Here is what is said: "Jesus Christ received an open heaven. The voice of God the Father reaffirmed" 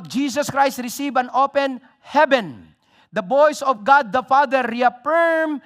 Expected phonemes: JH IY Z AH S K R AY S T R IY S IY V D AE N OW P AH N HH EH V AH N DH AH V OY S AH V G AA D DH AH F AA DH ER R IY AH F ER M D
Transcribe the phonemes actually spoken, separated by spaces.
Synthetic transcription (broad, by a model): JH IY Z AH S K R AY S T R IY S IY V AE N OW P AH N HH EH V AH N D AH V OY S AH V G AA D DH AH F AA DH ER R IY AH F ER M